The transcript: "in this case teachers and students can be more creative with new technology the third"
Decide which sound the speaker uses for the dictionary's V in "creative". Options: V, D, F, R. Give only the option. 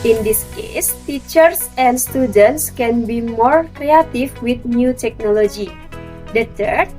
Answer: F